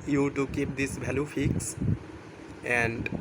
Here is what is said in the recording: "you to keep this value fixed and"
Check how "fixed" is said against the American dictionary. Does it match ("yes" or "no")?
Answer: no